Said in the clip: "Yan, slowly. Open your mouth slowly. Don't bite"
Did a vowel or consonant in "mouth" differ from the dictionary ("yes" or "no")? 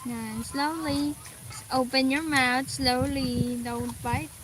yes